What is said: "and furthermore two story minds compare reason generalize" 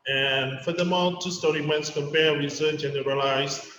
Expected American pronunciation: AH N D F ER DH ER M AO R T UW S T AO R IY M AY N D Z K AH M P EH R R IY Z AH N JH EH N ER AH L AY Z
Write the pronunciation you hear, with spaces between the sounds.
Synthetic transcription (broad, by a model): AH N F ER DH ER M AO L T UW S T AO R IY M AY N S K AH M P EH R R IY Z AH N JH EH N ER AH L AY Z